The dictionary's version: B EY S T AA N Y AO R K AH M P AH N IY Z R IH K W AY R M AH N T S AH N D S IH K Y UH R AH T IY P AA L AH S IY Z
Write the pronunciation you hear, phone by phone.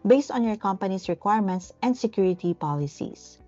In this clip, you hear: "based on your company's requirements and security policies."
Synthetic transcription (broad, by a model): B EY S T AA N Y AO R K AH M P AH N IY S R IH K W AY R M AH N T S AH N D S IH K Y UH R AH T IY P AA L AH S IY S